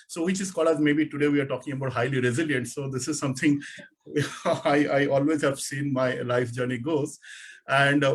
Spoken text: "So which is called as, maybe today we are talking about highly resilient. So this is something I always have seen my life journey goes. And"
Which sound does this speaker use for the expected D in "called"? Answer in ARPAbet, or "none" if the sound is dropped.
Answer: none